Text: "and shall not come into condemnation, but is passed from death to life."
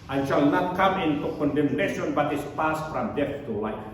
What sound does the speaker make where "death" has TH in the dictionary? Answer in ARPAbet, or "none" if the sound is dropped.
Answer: F